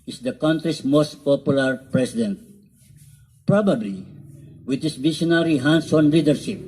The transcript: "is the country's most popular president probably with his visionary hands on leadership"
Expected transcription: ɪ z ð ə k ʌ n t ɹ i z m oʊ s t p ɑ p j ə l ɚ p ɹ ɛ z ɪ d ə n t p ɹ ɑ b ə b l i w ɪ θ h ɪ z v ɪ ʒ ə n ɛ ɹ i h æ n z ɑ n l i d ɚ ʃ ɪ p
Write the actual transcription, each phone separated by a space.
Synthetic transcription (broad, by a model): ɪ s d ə k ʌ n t ɹ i s m oʊ s t p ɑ p j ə l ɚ p ɹ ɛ s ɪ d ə n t p ɹ ɑ b ə b l i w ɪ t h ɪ s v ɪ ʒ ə n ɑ ɹ i h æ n s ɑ n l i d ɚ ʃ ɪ p